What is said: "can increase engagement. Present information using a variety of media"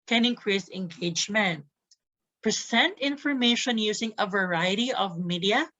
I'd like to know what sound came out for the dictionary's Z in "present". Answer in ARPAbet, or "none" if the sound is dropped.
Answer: S